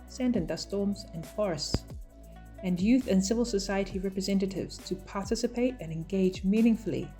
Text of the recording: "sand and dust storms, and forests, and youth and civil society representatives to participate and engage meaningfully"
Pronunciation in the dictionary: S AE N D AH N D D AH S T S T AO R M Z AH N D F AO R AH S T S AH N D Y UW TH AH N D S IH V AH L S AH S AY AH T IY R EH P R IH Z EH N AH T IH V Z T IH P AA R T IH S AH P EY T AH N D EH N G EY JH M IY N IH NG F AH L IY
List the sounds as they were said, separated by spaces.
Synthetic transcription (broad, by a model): S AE N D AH N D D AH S S T AO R M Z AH N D F AO R AH S T S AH N Y UW TH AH N S IH V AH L S AH S AY AH T IY R EH P R IH Z EH N AH T IH V Z T IH P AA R T IH S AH P EY T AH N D EH N G EY JH M IY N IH NG F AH L IY